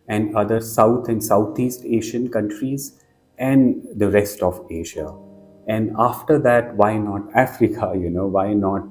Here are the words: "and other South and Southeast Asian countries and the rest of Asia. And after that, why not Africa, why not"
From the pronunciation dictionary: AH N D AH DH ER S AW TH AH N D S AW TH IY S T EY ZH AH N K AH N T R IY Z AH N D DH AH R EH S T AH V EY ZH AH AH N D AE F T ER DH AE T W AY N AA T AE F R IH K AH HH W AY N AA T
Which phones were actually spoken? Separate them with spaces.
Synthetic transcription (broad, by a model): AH N D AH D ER S AW T AH N D S AW T IY S T EY SH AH N K AH N T R IY Z AH N D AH R EH S T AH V EY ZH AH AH N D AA F T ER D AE T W AY N AA T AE F R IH K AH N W AY N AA T